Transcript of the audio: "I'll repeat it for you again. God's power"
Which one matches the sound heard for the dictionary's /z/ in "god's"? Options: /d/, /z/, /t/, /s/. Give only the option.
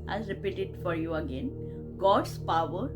/s/